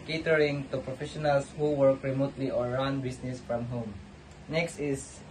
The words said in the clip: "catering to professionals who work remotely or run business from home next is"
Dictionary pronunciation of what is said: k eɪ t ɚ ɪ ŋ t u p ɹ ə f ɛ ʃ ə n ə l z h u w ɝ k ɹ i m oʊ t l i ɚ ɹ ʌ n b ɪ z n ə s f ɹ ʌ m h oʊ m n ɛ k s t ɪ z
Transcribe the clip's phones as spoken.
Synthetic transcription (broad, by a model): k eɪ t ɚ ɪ ŋ t u p ɹ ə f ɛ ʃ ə n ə l s h u w ɝ k ɹ i m oʊ t l i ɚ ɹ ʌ n b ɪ s n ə s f ɹ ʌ m h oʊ m n ɛ k s t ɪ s